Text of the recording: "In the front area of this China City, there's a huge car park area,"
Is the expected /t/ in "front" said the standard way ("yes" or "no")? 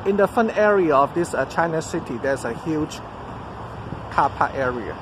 no